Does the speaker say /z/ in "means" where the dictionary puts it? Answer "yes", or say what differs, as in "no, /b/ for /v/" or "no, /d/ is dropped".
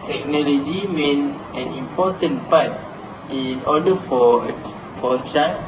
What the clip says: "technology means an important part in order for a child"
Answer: no, /z/ is dropped